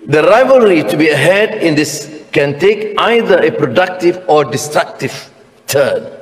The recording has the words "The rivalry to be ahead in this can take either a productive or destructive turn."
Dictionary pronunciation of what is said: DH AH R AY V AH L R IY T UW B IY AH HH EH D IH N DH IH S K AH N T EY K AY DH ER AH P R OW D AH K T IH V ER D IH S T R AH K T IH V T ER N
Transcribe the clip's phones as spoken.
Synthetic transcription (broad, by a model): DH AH R AY V AH L R IY T UW B IY AH HH EH D IH N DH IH S K AH N T EY K AY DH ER AH P R OW D AH K T IH V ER D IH S T R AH K T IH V T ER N